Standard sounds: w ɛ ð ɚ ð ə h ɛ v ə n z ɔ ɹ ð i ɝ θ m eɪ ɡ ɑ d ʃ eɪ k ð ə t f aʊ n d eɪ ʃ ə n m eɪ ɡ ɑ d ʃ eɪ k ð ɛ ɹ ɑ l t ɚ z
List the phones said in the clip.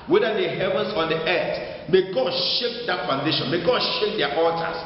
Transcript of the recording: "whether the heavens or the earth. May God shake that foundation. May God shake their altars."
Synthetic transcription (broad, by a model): w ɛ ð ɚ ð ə h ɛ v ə n s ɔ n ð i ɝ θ m eɪ ɡ ɑ d ʃ eɪ k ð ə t f aʊ n d eɪ ʃ ə n m eɪ ɡ ɑ d ʃ eɪ k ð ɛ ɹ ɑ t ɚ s